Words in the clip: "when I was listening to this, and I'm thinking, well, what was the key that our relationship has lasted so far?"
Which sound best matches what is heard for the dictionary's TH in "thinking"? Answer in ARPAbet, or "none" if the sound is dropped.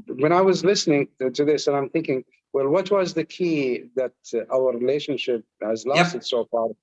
TH